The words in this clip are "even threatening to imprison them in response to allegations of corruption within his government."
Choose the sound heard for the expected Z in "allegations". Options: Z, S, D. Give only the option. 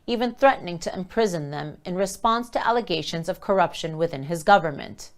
Z